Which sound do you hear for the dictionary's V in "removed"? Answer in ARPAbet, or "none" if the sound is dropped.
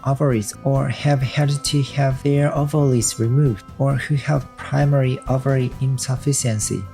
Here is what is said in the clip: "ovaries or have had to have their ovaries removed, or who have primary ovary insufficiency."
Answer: V